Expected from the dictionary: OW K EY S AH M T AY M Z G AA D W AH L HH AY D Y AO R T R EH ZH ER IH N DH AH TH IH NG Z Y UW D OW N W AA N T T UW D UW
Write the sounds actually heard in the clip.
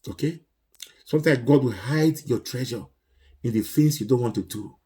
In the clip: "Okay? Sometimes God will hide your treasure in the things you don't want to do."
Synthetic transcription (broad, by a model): OW K EY S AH M T AY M G AA D W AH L HH AY D Y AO T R EH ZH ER IH N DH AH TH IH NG S Y UW D OW N W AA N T T UW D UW